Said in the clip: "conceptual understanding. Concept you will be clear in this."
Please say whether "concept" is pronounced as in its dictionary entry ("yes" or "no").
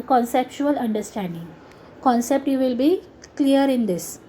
yes